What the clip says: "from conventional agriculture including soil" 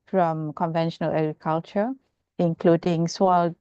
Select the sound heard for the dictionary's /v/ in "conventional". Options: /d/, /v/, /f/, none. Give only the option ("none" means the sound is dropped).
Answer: /v/